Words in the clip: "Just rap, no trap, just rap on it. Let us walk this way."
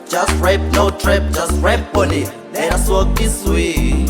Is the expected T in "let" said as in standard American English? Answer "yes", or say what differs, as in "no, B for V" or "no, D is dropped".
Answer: no, T is dropped